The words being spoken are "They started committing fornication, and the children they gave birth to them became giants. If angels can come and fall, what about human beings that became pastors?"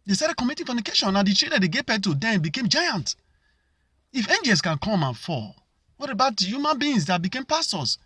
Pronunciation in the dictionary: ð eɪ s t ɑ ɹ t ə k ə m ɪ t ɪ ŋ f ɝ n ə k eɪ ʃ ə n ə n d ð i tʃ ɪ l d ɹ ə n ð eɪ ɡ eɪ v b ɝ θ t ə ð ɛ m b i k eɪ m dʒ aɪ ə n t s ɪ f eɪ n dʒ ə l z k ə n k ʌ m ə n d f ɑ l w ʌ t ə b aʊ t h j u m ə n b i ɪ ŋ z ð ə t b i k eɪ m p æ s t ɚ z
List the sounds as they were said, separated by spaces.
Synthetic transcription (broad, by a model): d eɪ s t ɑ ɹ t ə k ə m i t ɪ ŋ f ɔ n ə k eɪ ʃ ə n ə n d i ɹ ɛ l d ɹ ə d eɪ ɡ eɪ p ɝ t ə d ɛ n b i k eɪ m dʒ aɪ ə n t ɪ f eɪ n dʒ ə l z k ə n k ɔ m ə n f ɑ w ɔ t ə b aʊ t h j u m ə n b i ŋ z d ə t b i k eɪ m p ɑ s t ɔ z